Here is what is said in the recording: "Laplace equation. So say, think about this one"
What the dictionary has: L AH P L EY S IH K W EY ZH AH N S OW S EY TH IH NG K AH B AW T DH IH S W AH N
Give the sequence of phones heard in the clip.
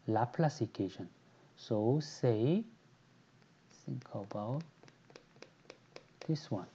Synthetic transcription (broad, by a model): L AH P L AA S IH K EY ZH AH N S OW S EY S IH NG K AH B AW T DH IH S W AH N